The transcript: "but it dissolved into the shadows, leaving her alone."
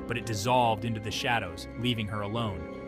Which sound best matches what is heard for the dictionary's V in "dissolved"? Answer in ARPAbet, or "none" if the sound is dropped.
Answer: V